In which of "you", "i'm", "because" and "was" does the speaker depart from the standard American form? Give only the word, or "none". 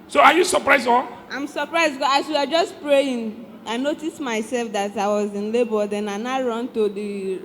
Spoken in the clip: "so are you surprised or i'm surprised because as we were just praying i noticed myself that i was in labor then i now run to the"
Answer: because